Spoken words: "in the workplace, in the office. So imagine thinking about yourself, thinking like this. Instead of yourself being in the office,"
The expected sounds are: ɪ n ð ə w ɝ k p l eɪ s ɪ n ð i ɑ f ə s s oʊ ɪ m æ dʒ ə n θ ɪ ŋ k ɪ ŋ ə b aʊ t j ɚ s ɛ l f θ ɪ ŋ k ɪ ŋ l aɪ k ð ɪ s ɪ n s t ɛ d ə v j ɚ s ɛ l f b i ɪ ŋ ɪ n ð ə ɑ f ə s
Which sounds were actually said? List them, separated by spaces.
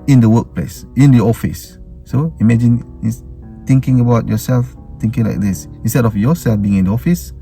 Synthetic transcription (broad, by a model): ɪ n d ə w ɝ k p l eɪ s ɪ n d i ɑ f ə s s oʊ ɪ m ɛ dʒ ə n t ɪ ŋ k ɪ ŋ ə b aʊ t j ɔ s ɛ l f t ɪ ŋ k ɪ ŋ l aɪ k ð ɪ s ɪ n s t ɛ d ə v j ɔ s ɛ l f b i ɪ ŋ ɪ n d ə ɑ f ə s